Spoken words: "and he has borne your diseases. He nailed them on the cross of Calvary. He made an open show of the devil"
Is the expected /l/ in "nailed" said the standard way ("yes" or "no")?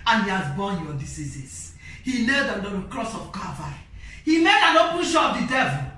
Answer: no